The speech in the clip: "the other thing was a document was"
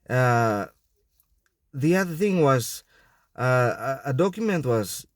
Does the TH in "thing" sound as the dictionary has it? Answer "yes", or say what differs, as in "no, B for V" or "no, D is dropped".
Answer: yes